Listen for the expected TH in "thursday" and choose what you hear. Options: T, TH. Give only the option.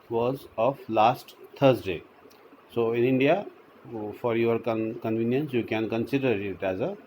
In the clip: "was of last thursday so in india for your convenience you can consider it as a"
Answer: T